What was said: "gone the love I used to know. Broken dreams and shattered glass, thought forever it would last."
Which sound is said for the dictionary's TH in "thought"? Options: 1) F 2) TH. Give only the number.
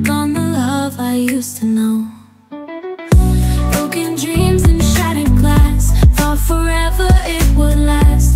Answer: 1